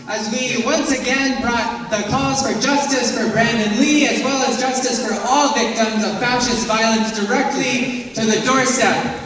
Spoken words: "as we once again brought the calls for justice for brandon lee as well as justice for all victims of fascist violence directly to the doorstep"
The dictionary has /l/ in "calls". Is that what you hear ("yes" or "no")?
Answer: no